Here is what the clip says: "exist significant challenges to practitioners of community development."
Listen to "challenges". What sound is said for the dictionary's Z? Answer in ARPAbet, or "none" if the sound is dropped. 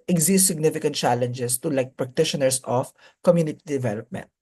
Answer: S